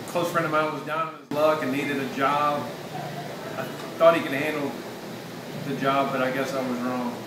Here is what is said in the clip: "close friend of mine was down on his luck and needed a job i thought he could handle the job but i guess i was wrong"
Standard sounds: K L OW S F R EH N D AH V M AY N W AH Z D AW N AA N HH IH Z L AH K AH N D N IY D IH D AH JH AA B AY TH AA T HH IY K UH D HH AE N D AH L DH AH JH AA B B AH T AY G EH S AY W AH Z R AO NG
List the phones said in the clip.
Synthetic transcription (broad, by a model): K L OW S F R EH N D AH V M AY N W AH Z D AW N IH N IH Z L AH K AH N N IY D IH D AH JH AA B AY TH AA T HH IY K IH D HH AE N D L DH AH JH AA B B AH T AY G EH S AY W AH Z R AO NG